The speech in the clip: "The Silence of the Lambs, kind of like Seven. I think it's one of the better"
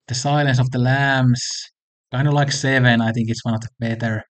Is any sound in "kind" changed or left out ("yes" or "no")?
yes